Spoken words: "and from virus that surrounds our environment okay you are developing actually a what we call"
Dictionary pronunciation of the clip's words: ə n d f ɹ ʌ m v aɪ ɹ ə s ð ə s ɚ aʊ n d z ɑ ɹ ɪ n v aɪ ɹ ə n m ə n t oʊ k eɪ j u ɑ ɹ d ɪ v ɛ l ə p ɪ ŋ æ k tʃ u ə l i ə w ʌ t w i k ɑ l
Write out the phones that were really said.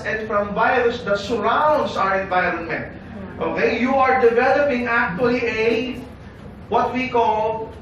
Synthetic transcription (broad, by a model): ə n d f ɹ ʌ m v aɪ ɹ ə s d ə s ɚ aʊ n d s ɑ ɹ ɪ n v aɪ ɹ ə n m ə n t oʊ k eɪ j u ɑ ɹ d ɪ v ɛ l ə p ɪ ŋ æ k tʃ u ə l i ə w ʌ t w i k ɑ l